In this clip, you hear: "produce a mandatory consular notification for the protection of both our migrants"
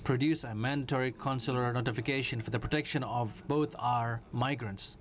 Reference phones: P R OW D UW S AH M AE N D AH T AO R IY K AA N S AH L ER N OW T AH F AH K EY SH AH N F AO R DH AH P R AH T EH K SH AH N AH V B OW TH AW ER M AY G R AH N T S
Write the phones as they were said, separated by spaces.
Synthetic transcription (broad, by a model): P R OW D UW S AH M AE N D AH T AO R IY K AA N S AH L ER N OW T AH F AH K EY SH AH N F AO R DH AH P R AH T EH K SH AH N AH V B OW T AW ER M AY G R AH N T S